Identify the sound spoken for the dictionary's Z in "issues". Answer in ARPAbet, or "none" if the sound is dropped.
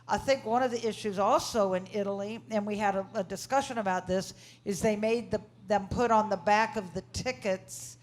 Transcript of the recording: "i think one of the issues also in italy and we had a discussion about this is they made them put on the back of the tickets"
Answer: Z